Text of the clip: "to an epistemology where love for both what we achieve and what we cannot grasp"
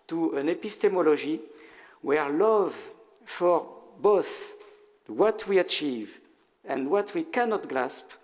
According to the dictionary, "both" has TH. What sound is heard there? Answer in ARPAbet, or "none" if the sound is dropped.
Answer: TH